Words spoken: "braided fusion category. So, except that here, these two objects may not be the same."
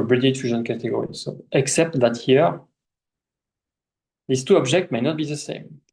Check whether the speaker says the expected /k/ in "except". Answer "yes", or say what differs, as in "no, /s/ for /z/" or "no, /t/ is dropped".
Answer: yes